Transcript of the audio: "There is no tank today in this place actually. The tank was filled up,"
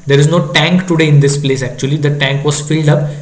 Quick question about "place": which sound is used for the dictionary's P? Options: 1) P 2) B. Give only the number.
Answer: 1